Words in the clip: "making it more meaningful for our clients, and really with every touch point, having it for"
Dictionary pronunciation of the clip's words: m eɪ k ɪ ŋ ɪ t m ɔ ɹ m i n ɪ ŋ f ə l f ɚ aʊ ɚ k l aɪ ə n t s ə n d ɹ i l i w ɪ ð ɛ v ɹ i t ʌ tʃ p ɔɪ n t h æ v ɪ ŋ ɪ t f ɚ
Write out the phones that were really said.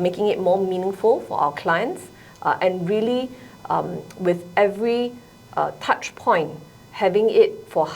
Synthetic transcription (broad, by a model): m eɪ k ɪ ŋ ɪ t m ɔ m i n ɪ ŋ f ə l f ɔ aʊ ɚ k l aɪ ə n t s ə n ɹ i l i w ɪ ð ɛ v ɹ i t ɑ tʃ p ɔɪ n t h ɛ v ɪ ŋ ɪ t f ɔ